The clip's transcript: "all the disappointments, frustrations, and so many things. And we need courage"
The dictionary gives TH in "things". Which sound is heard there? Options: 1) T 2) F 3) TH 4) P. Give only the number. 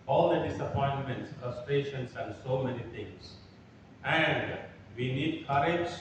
1